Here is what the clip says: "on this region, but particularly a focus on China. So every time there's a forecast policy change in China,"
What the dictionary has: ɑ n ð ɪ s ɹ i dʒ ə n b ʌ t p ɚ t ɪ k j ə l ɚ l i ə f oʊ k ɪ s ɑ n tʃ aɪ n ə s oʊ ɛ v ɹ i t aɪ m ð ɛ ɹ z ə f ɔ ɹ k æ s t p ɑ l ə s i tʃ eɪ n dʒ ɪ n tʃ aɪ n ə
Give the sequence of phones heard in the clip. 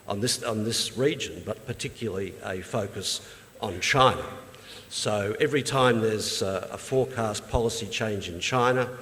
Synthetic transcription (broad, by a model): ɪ n ð ɪ s ɹ i dʒ ə n b ʌ t p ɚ t ɪ k j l l i ə f oʊ k ɪ s n tʃ aɪ n ə s oʊ ɛ v ɹ i t aɪ m ð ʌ ɹ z ə f ɔ ɹ k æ s p ɑ l ə s i tʃ eɪ n dʒ ɪ n tʃ aɪ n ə